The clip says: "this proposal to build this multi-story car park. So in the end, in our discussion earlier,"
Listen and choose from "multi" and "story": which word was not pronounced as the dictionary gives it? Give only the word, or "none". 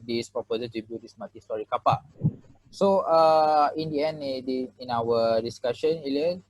multi